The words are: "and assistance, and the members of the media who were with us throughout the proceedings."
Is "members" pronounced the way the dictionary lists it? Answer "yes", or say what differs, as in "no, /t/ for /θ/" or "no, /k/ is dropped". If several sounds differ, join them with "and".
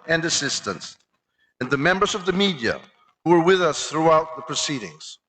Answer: yes